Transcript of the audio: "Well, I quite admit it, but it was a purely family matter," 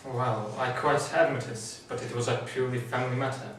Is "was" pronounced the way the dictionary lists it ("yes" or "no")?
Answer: yes